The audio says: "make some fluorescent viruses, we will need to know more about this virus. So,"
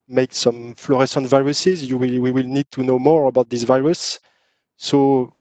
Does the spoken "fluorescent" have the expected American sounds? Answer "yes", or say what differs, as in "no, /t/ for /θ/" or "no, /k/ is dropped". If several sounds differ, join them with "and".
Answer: yes